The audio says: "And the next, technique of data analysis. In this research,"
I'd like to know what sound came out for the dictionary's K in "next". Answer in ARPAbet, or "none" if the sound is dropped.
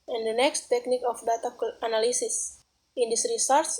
K